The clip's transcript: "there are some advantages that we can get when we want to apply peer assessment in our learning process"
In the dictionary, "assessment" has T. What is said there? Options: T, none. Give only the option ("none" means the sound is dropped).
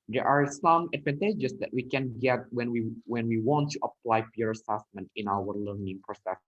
T